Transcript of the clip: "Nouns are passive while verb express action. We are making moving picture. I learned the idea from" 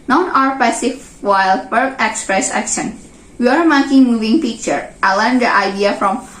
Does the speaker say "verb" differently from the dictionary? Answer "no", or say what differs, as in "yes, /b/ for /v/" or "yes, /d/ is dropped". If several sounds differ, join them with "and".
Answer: yes, /p/ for /v/